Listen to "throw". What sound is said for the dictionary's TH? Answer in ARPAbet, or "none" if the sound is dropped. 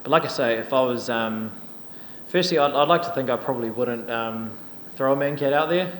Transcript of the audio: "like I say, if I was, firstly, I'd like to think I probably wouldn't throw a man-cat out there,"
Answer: TH